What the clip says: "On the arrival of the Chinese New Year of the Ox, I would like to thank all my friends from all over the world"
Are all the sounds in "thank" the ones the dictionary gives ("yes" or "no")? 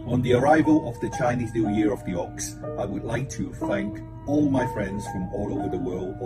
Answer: yes